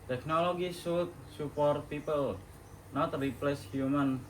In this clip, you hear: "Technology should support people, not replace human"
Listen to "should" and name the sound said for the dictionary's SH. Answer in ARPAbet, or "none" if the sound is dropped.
S